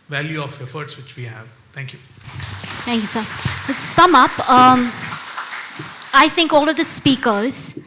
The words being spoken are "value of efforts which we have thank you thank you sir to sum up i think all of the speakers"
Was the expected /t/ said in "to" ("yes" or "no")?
no